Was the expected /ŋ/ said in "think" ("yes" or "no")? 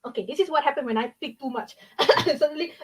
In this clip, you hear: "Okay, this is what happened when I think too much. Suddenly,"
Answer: no